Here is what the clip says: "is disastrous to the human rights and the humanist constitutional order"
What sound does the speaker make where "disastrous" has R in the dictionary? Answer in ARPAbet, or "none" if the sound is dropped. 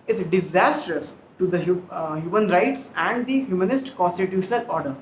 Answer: R